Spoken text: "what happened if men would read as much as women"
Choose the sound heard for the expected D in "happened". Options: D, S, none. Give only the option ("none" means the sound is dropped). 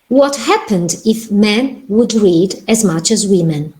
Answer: D